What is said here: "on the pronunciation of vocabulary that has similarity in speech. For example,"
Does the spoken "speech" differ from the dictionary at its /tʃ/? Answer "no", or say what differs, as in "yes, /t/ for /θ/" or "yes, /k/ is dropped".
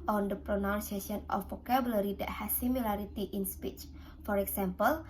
no